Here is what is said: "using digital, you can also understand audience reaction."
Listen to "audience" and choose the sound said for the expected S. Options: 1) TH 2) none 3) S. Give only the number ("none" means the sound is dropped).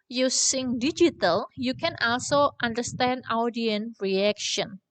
2